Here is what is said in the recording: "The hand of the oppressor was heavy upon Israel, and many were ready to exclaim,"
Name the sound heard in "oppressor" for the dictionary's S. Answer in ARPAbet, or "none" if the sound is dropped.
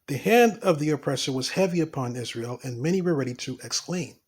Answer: S